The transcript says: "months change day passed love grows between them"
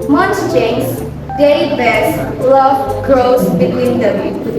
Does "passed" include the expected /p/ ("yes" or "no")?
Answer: no